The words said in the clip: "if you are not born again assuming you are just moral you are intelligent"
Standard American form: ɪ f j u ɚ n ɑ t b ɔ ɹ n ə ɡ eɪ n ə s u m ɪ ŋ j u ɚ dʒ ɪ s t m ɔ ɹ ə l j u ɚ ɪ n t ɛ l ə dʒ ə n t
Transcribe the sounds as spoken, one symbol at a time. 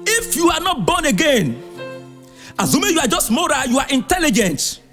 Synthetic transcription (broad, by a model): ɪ f j u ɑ n ɑ t b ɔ n ə ɡ eɪ n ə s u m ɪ j u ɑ dʒ ɪ s t m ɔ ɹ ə j u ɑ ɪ n t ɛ l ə dʒ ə n t